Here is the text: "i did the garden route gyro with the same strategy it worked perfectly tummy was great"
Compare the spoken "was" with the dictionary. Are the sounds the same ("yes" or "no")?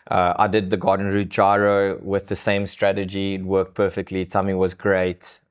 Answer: yes